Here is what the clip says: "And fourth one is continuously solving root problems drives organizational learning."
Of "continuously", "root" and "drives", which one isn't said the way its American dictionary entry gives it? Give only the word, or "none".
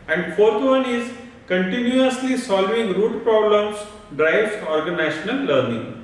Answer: drives